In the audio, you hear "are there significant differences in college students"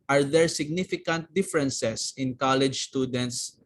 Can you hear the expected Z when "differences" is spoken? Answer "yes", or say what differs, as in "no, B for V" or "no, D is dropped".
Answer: no, S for Z